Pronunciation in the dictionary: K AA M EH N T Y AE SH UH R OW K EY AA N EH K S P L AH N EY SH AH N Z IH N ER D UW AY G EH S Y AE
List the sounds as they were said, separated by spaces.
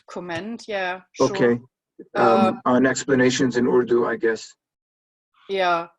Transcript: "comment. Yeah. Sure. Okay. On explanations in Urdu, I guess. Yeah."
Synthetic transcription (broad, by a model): K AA M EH N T Y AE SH OW K EY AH N EH K S P L AH N EY SH AH N Z IH N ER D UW AY G EH S Y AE